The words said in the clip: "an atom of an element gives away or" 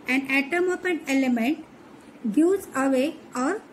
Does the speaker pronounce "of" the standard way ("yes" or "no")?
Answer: no